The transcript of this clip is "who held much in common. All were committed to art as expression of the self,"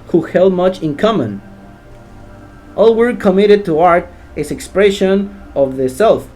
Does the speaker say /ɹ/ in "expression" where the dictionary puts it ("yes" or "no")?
yes